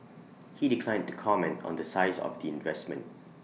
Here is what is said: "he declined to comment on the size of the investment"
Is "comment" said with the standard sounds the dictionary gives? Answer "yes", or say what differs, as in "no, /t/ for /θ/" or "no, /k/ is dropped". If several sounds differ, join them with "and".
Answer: yes